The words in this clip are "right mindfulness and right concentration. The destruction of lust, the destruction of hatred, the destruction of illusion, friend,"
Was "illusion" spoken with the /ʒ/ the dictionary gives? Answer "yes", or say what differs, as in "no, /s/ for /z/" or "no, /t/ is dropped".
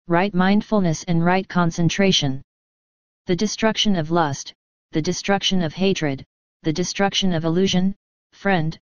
yes